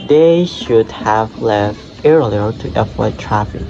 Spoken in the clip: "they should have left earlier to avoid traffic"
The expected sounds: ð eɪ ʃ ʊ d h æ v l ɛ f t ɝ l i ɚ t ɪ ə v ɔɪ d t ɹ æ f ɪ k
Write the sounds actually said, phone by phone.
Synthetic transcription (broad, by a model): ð eɪ ʃ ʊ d h æ v l ɛ f t ɝ l i ɚ t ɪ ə w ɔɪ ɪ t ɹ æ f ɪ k